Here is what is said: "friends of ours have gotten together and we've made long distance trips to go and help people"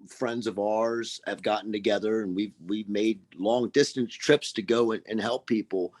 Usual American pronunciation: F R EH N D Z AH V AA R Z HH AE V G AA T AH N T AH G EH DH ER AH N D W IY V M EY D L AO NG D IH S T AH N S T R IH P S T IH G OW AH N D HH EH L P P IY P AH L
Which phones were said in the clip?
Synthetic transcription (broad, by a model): F R EH N D Z AH V AA R Z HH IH V G AA T N T AH G EH DH ER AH N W W IY V M EY D L AO NG D IH S T AH N S T R IH P S T IH G OW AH N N HH EH L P P IY P L